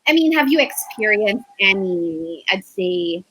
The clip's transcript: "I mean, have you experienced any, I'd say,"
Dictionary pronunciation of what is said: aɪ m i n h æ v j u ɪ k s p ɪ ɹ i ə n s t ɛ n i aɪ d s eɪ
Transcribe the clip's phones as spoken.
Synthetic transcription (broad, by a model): aɪ m i n h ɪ v j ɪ ɪ k s p ɪ ɹ i ə n s t ɛ n i aɪ d s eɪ